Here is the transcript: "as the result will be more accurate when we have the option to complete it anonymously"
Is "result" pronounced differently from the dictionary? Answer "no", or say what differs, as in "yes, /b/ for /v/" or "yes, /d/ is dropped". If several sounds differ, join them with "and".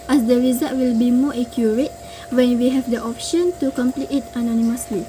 yes, /l/ is dropped